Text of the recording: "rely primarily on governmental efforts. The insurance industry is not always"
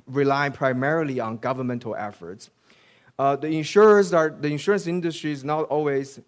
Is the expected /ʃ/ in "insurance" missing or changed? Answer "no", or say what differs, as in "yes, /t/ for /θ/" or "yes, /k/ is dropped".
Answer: no